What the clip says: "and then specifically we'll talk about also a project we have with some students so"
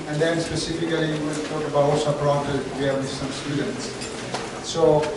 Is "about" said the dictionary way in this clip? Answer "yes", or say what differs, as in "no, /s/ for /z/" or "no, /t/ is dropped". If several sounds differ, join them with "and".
no, /t/ is dropped